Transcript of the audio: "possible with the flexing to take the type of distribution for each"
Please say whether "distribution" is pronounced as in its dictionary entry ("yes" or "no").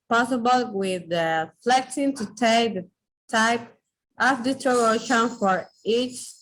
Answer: no